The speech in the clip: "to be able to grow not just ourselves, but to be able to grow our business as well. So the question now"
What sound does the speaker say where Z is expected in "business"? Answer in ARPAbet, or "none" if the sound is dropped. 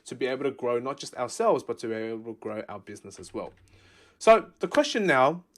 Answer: Z